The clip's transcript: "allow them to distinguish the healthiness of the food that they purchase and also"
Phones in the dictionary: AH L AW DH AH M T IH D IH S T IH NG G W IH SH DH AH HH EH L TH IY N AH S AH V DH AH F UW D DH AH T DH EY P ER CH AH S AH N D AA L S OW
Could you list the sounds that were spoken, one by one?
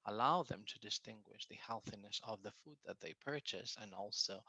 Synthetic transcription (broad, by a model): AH L AW DH AH M T IH D IH S T IH NG G W IH SH DH AH HH EH L TH IY N AH S AH V DH AH F UW D DH AH T DH EY P ER CH AH S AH N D AA L S OW